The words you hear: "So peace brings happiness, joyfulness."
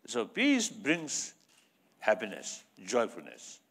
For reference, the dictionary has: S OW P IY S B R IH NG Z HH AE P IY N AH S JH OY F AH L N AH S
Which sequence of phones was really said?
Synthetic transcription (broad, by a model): S OW P IY S B R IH NG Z HH AE P IY N AH S JH OY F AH L N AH S